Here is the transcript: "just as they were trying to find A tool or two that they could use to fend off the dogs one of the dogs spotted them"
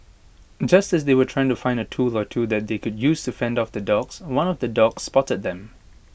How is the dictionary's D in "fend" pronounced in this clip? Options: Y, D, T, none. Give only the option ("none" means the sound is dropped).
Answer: D